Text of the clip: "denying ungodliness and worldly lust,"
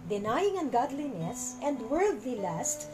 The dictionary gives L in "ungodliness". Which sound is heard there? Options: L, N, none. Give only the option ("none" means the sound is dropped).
L